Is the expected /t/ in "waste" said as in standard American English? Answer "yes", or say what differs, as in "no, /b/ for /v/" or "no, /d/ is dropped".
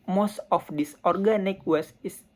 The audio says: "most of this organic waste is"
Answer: no, /t/ is dropped